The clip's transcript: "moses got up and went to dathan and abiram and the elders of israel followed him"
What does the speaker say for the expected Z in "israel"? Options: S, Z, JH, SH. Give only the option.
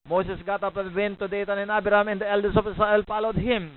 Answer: S